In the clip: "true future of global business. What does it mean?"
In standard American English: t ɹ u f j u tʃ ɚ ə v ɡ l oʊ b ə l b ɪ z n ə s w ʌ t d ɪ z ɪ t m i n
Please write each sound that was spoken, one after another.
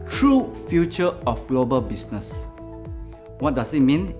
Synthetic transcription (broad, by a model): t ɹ u f j u tʃ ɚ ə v ɡ l oʊ b ə l b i s n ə s w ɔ t d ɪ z ɪ t m i n